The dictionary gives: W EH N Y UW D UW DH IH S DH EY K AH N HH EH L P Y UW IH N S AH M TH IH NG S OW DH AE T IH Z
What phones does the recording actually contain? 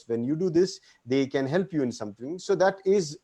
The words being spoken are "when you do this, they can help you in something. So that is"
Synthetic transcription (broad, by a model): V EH N Y UW D UW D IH S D EY K AH N HH EH L P Y UW IH N S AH M T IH NG S OW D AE T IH Z